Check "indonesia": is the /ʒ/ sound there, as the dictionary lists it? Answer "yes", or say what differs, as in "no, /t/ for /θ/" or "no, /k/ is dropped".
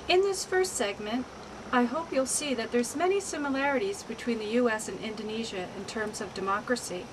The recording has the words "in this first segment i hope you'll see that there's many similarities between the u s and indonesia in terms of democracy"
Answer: yes